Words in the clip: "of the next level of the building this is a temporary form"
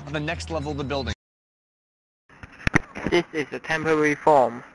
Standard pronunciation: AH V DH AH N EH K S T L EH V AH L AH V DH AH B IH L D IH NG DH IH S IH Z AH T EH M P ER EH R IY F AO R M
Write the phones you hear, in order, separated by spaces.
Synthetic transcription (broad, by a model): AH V DH AH N EH K S T L EH V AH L AH V DH AH B IH L D IH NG DH IH S IH Z AH T EH M P ER EH R IY F AO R M